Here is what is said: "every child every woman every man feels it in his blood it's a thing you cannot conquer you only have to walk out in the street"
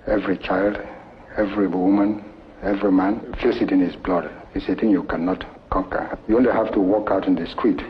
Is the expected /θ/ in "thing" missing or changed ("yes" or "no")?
yes